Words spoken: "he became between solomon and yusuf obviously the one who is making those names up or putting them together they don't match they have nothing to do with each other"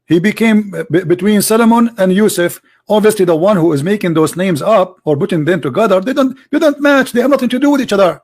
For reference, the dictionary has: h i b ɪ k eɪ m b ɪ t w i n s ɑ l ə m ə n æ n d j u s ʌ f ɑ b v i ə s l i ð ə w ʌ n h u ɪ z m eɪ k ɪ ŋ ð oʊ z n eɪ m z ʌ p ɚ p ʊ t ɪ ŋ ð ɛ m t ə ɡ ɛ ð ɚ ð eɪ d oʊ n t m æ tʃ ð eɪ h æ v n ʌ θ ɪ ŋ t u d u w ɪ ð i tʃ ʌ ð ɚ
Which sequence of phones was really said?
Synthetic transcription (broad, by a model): h i b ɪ k eɪ m b ɪ t w i n s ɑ l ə m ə n æ n d j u s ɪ f ɑ b v i ə s l i ð ə w ʌ n h u ɪ z m eɪ k ɪ ŋ ð oʊ z n eɪ m z ʌ p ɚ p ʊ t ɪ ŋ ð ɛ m t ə ɡ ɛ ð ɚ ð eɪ d oʊ n t m æ tʃ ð eɪ h æ v n ʌ θ ɪ ŋ t u d u w ɪ ð i tʃ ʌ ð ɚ